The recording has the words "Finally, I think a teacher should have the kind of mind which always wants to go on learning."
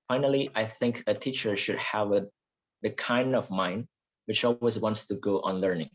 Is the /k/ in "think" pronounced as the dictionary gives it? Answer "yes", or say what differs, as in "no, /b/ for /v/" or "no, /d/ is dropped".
yes